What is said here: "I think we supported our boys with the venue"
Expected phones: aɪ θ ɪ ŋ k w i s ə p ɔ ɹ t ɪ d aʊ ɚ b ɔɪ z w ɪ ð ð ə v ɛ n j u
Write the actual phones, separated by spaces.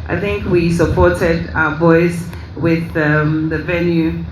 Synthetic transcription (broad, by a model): aɪ θ ɪ ŋ k w i s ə p ɔ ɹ t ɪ d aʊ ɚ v ɔɪ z w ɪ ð ð ə v ɛ n j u